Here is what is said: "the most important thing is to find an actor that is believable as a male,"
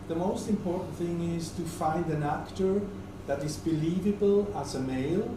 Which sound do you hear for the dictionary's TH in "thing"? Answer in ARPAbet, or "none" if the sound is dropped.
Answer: TH